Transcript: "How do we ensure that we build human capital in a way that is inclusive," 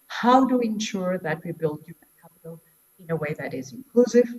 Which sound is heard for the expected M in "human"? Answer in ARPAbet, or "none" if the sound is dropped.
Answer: none